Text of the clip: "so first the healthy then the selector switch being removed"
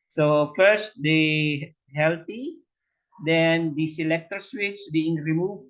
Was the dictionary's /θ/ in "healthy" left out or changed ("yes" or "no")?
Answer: yes